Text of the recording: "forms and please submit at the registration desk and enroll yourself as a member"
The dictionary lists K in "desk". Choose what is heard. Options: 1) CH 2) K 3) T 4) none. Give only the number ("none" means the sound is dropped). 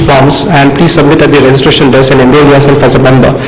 4